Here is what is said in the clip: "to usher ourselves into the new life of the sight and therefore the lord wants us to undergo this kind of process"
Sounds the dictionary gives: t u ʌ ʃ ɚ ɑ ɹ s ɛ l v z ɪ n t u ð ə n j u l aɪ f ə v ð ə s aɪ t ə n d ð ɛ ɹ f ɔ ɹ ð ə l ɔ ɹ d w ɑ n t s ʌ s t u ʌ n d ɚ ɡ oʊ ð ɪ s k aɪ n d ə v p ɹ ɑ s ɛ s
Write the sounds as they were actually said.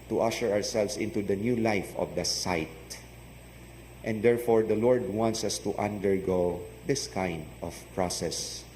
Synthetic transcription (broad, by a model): t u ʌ ʃ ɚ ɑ ɹ s ɛ l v s ɪ n t u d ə n j u l aɪ f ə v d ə s aɪ t ə n d ɛ ɹ f ɔ ɹ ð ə l ɔ ɹ d w ɑ n t s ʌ s t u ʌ n d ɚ ɡ oʊ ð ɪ s k aɪ n d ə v p ɹ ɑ s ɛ s